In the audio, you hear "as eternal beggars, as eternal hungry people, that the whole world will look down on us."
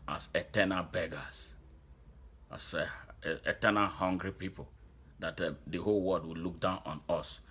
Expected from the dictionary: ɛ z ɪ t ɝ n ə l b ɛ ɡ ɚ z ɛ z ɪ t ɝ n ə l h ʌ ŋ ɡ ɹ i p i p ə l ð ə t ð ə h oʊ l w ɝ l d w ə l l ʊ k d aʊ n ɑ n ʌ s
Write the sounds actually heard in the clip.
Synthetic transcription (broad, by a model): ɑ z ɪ t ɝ n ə l b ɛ ɡ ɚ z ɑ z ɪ t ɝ n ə l h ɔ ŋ ɡ ɹ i p i p ə l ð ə t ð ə h oʊ l w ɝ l d w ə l l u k d aʊ n ɑ n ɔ s